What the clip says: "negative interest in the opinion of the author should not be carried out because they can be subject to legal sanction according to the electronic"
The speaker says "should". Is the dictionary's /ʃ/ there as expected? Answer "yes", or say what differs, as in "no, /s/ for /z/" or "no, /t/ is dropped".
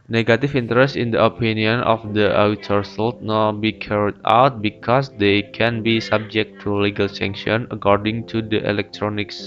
no, /s/ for /ʃ/